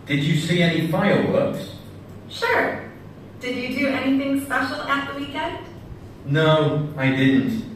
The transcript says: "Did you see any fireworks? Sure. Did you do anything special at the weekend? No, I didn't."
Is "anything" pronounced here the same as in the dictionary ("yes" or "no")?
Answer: yes